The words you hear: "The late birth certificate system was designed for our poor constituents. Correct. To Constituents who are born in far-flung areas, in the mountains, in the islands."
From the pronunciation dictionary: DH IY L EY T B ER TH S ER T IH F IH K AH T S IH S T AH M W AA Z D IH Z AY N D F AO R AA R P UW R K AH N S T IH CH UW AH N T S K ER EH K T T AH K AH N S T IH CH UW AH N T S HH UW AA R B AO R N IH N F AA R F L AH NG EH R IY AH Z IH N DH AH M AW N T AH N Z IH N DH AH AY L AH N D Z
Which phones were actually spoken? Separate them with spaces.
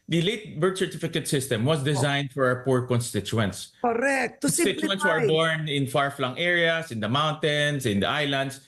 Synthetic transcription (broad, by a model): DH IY L EY T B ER T S ER T IH F IH K AH T S IH S T AH M W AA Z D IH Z AY N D F AO R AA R P UW R K AH N S T IH CH UW AH N T S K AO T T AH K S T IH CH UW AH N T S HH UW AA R B AO R N IH N F AA R F L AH NG EH R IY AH S IH N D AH M AW N T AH N S IH N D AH AY L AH N D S